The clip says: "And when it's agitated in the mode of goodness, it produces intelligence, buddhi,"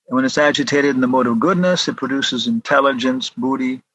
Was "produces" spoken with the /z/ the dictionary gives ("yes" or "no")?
yes